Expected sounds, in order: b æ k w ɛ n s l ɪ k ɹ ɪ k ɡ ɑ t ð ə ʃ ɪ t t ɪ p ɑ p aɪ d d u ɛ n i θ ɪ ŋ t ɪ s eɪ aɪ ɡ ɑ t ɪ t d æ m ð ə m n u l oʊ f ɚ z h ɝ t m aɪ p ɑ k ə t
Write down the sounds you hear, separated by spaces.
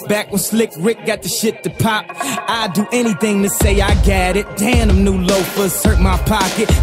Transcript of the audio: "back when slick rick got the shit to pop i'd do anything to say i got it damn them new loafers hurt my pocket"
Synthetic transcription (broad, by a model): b æ k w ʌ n s l ɪ k ɹ ɪ k ɡ ɑ t ð ə ʃ ɪ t t ɪ p ɑ p aɪ d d ɛ n i θ ɪ ŋ t ɪ s eɪ aɪ ɡ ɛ t ɪ t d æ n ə m n u l oʊ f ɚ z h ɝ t m aɪ p ɑ k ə t